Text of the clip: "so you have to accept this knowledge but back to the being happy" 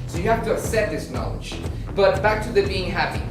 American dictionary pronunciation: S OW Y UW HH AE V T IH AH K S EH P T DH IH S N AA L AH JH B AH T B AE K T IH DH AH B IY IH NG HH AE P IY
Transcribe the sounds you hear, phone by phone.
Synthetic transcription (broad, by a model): S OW Y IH HH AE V T IH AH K S EH T DH IH S N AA L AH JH B AH T B AE K T IH DH AH B IY IH NG HH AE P IY